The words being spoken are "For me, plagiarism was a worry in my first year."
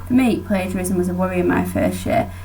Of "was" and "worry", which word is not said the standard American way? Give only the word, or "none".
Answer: none